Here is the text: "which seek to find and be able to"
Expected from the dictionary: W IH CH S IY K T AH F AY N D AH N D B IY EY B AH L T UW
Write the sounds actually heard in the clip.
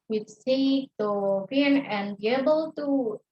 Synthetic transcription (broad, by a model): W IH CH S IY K T AH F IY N AH N B IY EY B AH L T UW